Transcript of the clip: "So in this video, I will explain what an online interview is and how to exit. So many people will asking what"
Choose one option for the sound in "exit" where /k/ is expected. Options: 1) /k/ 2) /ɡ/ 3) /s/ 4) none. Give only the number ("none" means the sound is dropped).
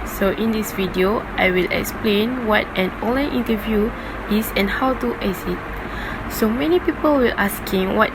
4